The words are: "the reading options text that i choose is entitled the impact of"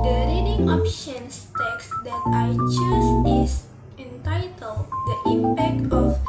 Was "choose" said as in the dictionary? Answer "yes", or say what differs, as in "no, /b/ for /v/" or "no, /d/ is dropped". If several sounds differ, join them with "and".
no, /s/ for /z/